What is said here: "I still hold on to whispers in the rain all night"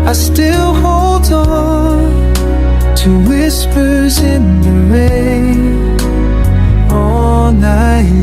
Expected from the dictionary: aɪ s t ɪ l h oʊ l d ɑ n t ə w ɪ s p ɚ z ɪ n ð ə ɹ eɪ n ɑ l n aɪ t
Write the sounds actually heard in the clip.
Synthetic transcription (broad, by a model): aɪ s t ɪ l h oʊ l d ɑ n t ə w ɪ s p ɚ z ɪ n ð ə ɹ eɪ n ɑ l n aɪ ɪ